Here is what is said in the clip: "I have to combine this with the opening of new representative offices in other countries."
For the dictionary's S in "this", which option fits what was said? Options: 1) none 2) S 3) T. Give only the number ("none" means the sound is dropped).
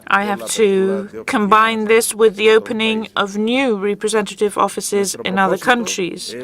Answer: 2